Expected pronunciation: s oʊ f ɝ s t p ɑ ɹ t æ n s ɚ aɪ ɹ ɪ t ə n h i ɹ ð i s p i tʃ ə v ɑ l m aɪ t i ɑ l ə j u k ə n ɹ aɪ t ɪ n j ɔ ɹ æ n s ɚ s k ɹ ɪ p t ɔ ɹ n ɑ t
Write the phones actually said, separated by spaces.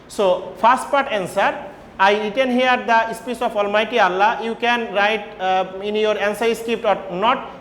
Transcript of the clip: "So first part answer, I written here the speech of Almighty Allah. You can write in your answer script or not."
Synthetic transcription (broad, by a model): s oʊ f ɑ s t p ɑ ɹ t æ n s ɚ aɪ ɹ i t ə n h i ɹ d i s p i s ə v ɑ l m aɪ t i ɑ l ə j u k ə n ɹ aɪ t ɪ n j ɔ ɹ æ n s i s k ɹ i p t ɔ ɹ n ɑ t